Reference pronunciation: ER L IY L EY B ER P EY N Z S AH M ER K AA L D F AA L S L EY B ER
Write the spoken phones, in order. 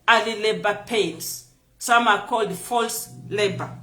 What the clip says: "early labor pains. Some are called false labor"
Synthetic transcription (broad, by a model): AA L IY L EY B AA P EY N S S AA M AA K AA L D F AA L S L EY B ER